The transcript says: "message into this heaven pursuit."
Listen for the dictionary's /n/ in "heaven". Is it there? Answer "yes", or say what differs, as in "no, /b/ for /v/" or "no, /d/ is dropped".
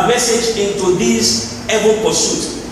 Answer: no, /l/ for /n/